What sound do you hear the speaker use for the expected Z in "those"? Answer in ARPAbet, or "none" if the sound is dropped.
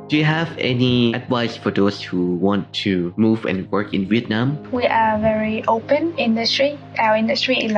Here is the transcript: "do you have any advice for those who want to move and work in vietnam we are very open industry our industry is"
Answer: S